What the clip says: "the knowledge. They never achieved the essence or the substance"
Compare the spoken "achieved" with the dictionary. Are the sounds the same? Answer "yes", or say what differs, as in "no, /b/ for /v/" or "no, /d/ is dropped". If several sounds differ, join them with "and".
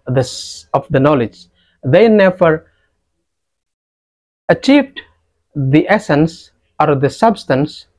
yes